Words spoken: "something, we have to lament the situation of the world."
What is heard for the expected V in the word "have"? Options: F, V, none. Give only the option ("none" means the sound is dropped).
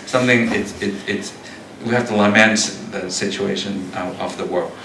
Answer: F